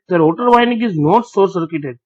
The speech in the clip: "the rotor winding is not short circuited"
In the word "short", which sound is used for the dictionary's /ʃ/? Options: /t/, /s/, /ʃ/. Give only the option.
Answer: /s/